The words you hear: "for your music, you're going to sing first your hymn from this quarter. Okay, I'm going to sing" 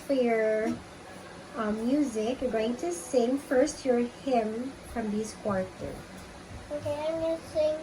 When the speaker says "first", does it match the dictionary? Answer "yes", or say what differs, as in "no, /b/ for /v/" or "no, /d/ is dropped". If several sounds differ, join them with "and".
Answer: yes